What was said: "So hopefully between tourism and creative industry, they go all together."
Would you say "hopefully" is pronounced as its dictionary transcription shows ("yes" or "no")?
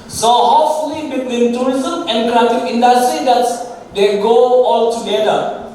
no